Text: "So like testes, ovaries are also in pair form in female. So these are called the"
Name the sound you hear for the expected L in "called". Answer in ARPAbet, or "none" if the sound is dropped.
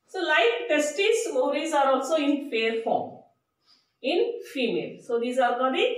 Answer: none